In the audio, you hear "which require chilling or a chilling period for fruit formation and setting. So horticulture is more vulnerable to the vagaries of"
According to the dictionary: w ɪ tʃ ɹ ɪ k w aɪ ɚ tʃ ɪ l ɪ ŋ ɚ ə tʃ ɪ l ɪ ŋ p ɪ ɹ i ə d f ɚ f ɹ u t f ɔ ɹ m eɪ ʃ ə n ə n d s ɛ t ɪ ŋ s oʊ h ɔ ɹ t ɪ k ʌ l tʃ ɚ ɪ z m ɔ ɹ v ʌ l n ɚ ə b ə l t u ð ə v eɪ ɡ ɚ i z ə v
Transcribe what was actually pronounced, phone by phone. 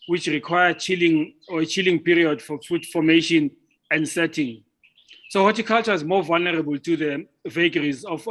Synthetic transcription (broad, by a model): w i tʃ ɹ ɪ k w aɪ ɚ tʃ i l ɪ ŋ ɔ ə tʃ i l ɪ ŋ p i ɹ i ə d f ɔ f u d f ɔ m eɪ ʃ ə n ə n d s ɛ t ɪ ŋ s oʊ h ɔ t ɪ k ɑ l tʃ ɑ ɪ z m ɔ v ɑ l n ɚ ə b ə l t u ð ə v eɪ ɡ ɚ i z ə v